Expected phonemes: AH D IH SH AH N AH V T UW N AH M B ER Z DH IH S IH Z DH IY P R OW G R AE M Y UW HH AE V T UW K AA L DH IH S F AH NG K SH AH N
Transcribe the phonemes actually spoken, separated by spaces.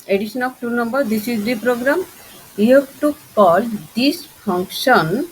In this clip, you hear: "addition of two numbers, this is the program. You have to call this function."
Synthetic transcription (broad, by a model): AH D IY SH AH N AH B T UW N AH M B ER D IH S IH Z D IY P R OW G R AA M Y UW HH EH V T UW K AA L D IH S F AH NG K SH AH N